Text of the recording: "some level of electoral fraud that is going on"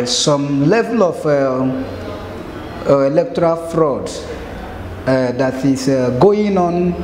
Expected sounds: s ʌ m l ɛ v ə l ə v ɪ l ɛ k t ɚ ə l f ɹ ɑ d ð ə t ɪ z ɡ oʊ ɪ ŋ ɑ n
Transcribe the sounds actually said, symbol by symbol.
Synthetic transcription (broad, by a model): s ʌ m l ɛ v ə l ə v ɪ l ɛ k t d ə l f ɹ ɑ d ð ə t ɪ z ɡ oʊ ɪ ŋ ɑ n